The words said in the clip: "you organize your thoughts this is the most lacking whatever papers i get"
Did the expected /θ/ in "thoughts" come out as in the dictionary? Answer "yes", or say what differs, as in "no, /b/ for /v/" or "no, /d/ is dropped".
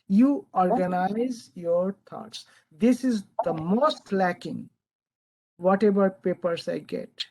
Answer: no, /t/ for /θ/